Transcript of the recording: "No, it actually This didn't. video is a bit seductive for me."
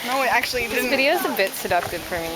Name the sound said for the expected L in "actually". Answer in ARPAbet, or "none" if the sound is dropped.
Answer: none